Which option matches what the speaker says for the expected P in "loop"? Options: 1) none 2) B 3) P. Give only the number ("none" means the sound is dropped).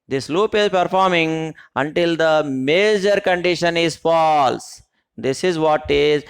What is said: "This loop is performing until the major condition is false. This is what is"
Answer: 3